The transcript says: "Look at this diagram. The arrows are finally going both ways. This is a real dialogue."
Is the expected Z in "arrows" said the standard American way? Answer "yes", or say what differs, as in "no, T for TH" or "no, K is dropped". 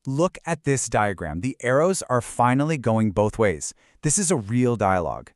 yes